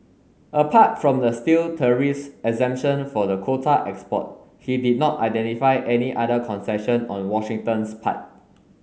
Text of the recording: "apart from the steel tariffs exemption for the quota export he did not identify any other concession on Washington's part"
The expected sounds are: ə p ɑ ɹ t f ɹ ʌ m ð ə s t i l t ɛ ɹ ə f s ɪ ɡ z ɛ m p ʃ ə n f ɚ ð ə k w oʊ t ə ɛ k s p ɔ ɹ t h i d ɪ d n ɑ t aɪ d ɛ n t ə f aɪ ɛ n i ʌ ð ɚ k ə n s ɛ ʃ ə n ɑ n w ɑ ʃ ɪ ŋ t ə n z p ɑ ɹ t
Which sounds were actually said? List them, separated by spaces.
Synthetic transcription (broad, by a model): ə p ɑ t f ɹ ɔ m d ə s t i l t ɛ ɹ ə s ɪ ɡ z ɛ m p ʃ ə n f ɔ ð ə k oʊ t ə ɛ k s p ɔ t h i d ɪ d n ɑ t aɪ d ɛ n t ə f aɪ ɛ n i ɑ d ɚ k ə n s ɛ ʃ ə n ɑ n w ɑ ʃ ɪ ŋ t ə n s p ɑ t